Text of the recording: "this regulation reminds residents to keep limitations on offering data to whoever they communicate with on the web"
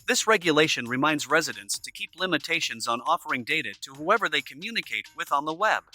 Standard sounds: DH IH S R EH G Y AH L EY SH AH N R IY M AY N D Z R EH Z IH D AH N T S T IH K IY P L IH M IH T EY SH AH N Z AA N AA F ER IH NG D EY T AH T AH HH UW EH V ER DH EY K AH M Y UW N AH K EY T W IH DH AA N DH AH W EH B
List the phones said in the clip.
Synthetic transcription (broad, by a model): DH IH S R EH G Y AH L EY SH AH N R IY M AY N D Z R EH Z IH D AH N S T IH K IY P L IH M IH T EY SH AH N Z N AA F ER IH NG D EY T AH T AH HH UW EH V ER DH EY K AH M Y UW N AH K EY T W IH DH N DH AH W EH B